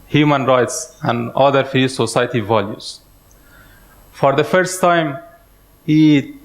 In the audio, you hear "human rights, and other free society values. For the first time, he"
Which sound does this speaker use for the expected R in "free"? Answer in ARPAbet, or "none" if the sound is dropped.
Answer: none